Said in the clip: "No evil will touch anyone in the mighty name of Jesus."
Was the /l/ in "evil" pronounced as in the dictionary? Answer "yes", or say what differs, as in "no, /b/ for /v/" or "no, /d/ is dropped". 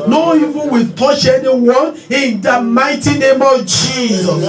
no, /n/ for /l/